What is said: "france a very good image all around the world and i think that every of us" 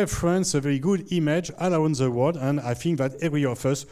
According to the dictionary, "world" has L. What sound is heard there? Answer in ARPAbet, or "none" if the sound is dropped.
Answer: none